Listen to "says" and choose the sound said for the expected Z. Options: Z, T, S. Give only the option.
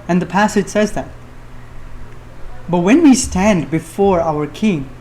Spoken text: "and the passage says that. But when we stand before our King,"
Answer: Z